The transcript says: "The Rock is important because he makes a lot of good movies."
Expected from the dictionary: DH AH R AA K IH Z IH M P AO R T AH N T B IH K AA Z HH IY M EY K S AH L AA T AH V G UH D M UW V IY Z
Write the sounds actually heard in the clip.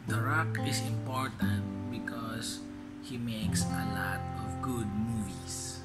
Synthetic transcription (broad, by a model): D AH R AA K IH S IH M P AO R T AH N T B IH K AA S HH IY M EY K S AH L AA T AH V G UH D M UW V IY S